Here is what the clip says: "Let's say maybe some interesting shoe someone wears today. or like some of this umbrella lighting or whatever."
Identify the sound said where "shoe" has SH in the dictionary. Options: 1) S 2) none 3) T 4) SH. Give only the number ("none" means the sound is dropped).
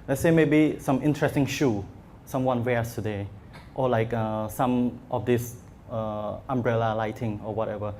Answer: 4